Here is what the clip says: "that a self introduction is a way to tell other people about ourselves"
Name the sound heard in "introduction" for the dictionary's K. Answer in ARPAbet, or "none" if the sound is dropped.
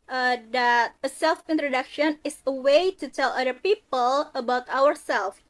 K